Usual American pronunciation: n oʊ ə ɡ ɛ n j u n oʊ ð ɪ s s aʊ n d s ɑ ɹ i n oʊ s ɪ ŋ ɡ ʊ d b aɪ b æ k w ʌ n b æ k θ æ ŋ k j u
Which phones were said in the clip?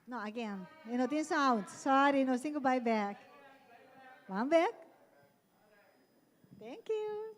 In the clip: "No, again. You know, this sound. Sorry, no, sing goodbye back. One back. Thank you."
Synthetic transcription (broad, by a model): n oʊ ə ɡ ɛ n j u n oʊ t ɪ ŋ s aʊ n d s ɑ ɹ i n oʊ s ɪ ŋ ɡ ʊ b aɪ b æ k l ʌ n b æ k t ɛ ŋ k j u